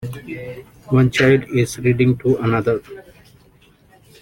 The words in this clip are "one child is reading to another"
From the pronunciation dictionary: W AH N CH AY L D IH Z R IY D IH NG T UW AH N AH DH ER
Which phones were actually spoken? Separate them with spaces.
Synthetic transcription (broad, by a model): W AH N CH AY L D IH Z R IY D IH NG T UW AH N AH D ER